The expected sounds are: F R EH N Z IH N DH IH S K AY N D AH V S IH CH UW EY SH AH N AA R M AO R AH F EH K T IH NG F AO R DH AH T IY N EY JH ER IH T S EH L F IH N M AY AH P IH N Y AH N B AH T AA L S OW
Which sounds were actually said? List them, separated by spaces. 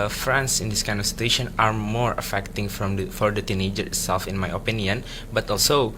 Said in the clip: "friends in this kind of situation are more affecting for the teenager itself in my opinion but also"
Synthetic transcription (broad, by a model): F R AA N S IH N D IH S K AY N D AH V S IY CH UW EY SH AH N AA R M AO R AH F EH K T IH NG F AO R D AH T IY N EY JH ER IH T S EH L F IH N M AY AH P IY N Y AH N B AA T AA L S OW